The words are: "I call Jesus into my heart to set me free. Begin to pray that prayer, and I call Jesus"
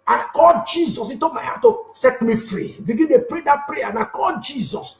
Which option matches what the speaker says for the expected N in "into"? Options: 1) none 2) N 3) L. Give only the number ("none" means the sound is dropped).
1